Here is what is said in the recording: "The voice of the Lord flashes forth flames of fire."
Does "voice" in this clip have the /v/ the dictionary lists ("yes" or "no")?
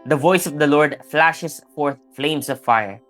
yes